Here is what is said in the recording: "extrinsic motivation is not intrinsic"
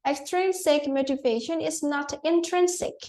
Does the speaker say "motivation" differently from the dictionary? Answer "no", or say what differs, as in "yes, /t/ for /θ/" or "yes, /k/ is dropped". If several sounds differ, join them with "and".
no